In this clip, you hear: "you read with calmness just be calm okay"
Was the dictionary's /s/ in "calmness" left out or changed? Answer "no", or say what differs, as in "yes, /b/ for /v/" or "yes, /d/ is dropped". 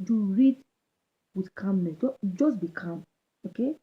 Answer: yes, /s/ is dropped